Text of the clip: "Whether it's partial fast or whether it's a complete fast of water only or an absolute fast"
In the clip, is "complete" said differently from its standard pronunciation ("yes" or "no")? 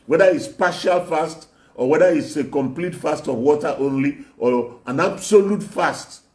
no